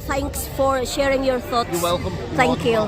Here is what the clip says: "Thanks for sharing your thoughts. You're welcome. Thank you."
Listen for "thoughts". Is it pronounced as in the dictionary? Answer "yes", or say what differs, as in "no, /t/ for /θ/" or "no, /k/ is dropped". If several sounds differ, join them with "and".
no, /s/ is dropped